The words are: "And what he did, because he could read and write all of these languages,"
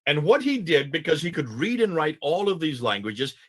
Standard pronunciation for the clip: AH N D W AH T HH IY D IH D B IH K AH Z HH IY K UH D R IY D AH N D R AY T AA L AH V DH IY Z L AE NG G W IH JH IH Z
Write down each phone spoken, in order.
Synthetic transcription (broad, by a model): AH N W AH T HH IY D IH D B IH K AH Z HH IY K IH D R IY D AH N R AY T AA L AH V DH IY Z L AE NG G W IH JH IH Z